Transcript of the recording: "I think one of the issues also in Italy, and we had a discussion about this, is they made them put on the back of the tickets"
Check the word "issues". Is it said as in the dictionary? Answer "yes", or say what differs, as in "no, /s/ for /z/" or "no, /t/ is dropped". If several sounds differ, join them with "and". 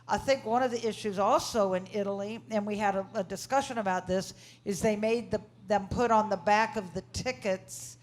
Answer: yes